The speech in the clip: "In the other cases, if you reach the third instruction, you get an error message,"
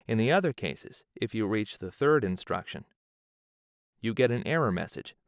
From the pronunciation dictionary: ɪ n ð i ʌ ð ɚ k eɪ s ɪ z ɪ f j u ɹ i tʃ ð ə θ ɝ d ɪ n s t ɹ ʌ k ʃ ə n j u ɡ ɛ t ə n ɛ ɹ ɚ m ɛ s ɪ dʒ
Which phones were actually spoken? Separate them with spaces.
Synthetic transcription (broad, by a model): ɪ n ð i ʌ ð ɚ k eɪ s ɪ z ɪ f j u ɹ i tʃ ð ə θ ɝ d ɪ n s t ɹ ʌ k ʃ ə n j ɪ ɡ ɛ t ə n ɛ ɹ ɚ m ɛ s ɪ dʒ